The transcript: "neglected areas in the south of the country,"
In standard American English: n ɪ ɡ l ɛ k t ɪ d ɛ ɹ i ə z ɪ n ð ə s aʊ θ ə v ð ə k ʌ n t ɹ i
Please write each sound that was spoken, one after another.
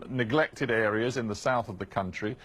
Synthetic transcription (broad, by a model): n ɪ ɡ l ɛ k t ɪ d ɛ ɹ i ə z ɪ n ð ə s aʊ θ ə v ð ə k ʌ n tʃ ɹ i